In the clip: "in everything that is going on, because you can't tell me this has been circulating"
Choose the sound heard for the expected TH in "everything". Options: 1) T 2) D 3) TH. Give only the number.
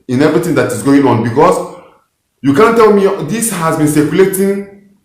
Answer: 1